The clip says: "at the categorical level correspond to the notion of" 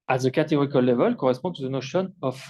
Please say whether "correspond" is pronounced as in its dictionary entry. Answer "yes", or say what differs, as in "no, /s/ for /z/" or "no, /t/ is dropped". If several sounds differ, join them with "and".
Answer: no, /n/ is dropped